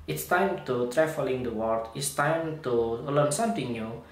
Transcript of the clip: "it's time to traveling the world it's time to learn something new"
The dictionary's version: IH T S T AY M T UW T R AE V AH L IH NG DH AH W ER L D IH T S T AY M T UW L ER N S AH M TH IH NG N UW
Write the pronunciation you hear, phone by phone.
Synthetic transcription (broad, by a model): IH T S T AY M T UW T R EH F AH L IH NG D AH W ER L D IH T S T AY M T UW L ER N S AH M T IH NG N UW